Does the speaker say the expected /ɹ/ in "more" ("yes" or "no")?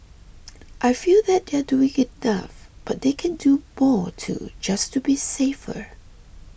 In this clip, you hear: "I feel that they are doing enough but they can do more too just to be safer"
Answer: yes